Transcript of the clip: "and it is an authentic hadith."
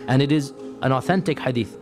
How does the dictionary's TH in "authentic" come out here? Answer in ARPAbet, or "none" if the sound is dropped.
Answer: TH